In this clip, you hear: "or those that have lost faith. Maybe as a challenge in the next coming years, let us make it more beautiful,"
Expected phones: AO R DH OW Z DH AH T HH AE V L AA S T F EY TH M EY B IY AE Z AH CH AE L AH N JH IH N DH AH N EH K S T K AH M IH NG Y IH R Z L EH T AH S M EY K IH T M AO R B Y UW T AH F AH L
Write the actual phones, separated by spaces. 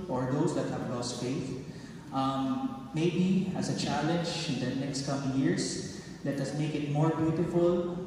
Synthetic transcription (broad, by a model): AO R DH OW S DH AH T HH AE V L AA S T F EY TH M EY B IY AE S AH CH AE L AH N JH IH N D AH N EH K S T K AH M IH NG Y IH R S L EH T AH S M EY K IH T M AO R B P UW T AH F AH L